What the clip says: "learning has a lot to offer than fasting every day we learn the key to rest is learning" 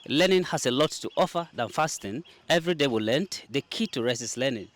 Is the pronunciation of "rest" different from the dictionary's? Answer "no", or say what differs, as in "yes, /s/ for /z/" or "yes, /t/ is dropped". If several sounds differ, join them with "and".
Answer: yes, /t/ is dropped